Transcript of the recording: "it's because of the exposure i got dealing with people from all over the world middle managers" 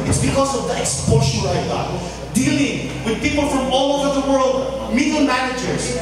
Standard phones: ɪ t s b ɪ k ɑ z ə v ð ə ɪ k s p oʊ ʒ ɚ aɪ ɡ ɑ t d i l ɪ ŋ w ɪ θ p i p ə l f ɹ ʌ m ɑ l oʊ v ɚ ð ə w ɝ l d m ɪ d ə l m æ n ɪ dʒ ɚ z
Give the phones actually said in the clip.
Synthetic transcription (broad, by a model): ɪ t s b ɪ k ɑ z ə v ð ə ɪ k s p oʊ ʃ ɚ aɪ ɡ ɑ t d i l ɪ ŋ w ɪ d p i p ə l f ɹ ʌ m ɑ l oʊ v ɚ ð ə w ɝ l d m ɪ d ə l m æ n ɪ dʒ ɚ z